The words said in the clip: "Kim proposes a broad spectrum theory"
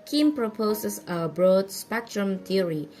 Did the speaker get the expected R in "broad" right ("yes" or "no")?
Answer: yes